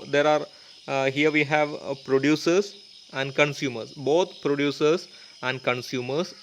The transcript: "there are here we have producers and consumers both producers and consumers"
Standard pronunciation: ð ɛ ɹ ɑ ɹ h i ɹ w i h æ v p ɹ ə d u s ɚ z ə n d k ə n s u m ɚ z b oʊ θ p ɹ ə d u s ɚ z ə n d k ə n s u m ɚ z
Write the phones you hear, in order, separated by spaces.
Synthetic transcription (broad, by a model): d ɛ ɹ ɑ ɹ h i ɹ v i h æ v p ɹ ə d u s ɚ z ə n d k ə n s u m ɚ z b oʊ t p ɹ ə d u s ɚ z ə n d k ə n s u m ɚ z